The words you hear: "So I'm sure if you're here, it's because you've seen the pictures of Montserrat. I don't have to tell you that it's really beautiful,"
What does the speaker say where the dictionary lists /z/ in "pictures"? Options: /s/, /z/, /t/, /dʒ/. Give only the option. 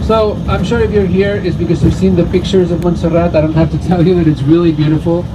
/z/